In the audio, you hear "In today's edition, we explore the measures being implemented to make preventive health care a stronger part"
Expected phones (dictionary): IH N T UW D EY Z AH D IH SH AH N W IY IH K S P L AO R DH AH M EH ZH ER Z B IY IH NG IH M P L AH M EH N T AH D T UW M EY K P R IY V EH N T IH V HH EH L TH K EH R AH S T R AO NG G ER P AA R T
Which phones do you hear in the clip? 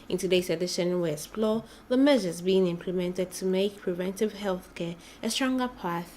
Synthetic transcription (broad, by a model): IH N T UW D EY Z AH D IH SH AH N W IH S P L AO DH AH M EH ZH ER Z B IY IH NG IH M P L AH M EH N T AH D T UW M EY K P R IY V EH N T IH V HH EH L TH K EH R AH S T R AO NG G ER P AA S